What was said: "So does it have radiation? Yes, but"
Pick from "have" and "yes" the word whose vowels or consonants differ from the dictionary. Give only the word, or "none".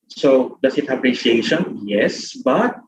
have